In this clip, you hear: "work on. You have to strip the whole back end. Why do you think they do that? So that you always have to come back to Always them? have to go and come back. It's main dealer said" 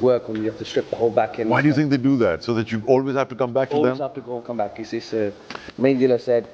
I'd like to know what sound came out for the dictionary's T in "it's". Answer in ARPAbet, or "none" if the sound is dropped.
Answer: S